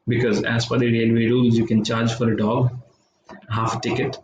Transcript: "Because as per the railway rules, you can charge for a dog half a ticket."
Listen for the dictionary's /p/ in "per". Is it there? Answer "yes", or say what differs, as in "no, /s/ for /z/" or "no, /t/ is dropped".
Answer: no, /f/ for /p/